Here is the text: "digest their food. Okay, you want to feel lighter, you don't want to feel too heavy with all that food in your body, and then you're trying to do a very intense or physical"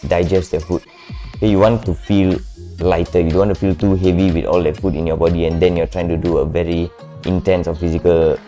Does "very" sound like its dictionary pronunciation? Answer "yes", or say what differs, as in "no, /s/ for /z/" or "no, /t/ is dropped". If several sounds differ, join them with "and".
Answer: yes